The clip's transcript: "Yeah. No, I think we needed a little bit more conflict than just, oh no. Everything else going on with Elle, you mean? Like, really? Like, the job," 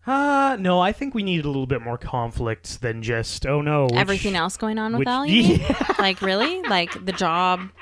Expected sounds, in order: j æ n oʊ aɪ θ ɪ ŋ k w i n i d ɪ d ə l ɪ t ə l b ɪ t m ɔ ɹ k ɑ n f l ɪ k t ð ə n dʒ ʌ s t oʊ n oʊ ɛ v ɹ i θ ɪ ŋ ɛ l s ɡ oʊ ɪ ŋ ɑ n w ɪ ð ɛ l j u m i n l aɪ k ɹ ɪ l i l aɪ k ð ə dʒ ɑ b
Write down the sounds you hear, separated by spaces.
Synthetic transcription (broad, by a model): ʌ n oʊ aɪ θ ɪ ŋ k w i n i d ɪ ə l ɪ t l b ɪ t m ɔ ɹ k ɑ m f l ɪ k t ð ə n dʒ ʌ s t oʊ n oʊ ɛ v ɹ i θ ɪ ŋ ɛ l s ɡ oʊ ɪ ŋ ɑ n w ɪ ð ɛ l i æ l aɪ k ɹ ɪ l i l aɪ k ð ə dʒ ɑ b